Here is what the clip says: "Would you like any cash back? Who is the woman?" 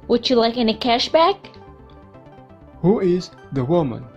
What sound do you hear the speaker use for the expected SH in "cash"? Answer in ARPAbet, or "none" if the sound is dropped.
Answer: SH